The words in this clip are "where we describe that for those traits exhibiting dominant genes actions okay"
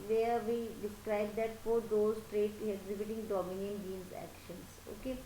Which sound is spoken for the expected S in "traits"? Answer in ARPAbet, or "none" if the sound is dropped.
none